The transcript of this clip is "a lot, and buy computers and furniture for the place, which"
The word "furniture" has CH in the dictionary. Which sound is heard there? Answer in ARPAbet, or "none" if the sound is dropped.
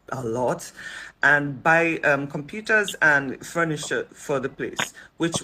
SH